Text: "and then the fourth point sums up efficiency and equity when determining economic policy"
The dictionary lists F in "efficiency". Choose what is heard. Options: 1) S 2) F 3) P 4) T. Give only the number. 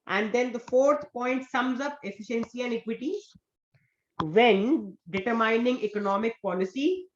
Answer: 2